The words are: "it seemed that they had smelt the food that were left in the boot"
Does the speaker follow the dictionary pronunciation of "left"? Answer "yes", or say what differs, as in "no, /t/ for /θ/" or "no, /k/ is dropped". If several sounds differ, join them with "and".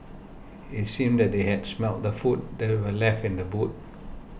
yes